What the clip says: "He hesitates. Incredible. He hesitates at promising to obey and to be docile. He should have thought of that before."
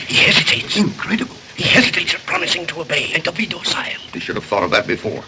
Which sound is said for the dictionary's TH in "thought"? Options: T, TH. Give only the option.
TH